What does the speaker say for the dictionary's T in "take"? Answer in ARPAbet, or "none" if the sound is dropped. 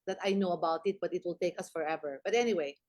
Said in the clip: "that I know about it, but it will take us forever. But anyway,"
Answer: T